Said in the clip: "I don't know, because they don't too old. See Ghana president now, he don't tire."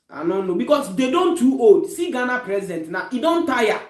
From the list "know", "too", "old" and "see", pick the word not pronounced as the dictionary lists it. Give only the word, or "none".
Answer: old